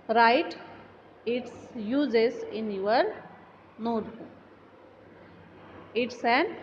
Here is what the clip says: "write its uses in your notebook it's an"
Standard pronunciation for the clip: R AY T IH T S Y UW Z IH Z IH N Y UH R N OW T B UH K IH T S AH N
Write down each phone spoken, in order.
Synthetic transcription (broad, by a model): R AY T IH T S Y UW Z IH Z IH N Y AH R N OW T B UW IH T S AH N